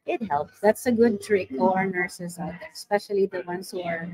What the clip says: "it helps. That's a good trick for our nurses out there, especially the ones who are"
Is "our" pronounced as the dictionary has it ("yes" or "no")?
yes